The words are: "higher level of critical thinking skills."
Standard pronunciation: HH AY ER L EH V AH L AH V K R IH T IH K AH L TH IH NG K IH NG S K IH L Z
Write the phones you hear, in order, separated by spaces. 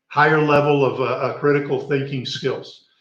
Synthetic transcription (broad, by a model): HH AY ER L EH V L AH V K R IH T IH K L TH IH NG K IH NG S K IH L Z